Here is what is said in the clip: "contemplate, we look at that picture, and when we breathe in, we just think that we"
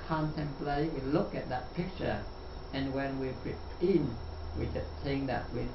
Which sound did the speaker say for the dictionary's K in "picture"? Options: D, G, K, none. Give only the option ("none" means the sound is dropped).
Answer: K